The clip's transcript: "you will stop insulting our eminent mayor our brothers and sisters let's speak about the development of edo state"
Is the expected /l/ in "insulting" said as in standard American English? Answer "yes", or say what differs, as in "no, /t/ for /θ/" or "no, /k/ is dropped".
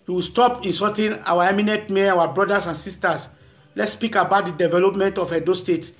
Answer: no, /l/ is dropped